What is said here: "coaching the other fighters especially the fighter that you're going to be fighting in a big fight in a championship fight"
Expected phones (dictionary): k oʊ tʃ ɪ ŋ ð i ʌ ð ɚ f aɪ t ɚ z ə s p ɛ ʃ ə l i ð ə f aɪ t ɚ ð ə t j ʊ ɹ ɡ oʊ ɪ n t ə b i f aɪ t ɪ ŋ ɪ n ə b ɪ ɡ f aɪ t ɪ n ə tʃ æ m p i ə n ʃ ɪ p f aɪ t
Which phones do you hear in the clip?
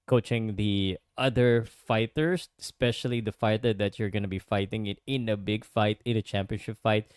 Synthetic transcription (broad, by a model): k oʊ tʃ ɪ ŋ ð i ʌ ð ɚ f aɪ t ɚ s ə s p ɛ ʃ ə l i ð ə f aɪ t ɚ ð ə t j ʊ ɹ ɡ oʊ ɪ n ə b i f aɪ t ɪ ŋ ɪ n ə b ɪ ɡ f aɪ t ɪ n ə tʃ æ m p i ə n ʃ ɪ p f aɪ t